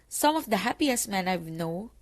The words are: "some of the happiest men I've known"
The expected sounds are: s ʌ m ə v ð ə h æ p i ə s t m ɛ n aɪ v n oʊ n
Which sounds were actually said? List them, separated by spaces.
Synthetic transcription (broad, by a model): s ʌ m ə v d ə h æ p i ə s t m ɛ n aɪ w n oʊ